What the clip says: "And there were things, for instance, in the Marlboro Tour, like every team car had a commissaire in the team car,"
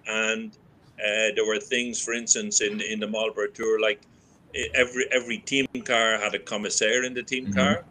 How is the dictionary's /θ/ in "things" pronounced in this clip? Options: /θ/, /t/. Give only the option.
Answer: /θ/